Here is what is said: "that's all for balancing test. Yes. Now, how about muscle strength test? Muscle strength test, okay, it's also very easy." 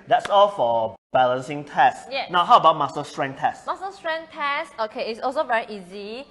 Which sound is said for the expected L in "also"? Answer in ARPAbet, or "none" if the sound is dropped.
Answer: L